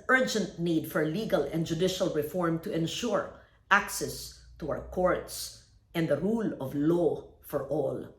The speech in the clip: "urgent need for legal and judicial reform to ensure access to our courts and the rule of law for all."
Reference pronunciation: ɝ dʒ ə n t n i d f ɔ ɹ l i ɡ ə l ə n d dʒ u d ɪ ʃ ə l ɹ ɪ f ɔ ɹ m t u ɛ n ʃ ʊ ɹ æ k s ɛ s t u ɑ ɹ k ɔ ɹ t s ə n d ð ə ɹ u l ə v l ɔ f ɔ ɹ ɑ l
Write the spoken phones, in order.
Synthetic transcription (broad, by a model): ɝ dʒ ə n t n i d f ɔ ɹ l i ɡ ə l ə n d dʒ u d ɪ ʃ ə l ɹ ɪ f ɔ ɹ m t u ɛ n ʃ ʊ ɹ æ k s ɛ s t u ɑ w k ɔ ɹ t s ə n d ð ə ɹ u l ə v l ɔ f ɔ ɹ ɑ l